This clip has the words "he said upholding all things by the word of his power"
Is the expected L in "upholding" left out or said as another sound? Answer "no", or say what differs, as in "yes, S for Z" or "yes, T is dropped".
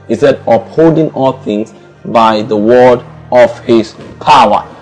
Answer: yes, L is dropped